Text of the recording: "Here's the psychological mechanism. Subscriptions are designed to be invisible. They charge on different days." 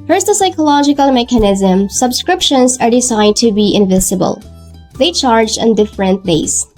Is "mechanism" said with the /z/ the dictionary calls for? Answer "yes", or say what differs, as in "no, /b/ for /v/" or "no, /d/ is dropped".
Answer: yes